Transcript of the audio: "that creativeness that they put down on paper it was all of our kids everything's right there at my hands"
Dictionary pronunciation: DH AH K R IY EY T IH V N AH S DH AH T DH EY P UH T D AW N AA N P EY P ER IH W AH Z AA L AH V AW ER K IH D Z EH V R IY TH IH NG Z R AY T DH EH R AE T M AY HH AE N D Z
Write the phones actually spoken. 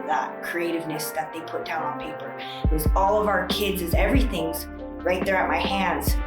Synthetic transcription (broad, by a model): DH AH K R IY EY T IH V N AH S DH AH T DH EY P UH T D AW N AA N P EY P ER IH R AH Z AA L AH V AW ER K IH D Z EH V R IY TH IH NG Z R AY T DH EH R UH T M AY HH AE N D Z